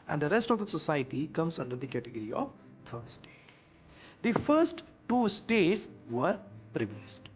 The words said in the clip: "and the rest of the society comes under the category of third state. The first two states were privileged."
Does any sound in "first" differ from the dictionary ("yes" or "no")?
no